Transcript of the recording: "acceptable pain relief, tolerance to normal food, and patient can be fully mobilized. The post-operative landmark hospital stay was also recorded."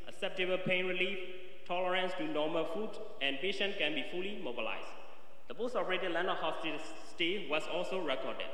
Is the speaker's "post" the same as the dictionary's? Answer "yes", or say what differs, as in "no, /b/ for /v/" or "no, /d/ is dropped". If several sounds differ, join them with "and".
yes